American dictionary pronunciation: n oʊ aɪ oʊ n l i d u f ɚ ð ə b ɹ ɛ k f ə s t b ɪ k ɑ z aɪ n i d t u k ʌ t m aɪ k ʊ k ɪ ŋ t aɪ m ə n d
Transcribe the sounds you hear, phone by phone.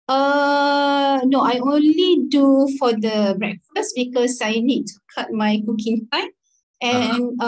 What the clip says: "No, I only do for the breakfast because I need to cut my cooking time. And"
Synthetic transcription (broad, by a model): n oʊ aɪ oʊ n l i d u f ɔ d ə b ɹ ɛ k f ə s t b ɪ k ɑ s aɪ n i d t u k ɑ t m aɪ k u k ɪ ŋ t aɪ ə n